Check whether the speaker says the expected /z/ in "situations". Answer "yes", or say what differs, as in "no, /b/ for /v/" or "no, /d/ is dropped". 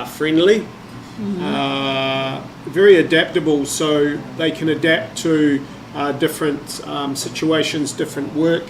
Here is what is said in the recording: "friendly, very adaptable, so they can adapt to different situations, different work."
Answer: yes